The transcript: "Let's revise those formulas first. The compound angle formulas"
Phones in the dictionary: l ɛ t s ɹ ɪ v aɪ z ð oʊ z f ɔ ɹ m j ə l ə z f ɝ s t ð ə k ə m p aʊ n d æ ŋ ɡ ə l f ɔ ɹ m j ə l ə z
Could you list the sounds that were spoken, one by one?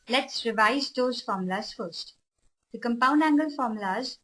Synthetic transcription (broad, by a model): l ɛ t s ɹ ɪ v aɪ z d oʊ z f ɔ ɹ m l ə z f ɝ s t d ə k ə m p aʊ n d æ ŋ ɡ ə l f ɔ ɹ m l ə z